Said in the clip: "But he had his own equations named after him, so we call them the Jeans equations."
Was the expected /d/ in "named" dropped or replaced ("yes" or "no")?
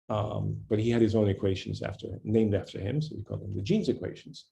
no